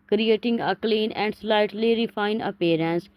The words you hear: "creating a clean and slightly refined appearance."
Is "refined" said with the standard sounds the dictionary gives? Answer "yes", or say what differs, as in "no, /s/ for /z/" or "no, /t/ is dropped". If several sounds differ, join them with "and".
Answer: no, /d/ is dropped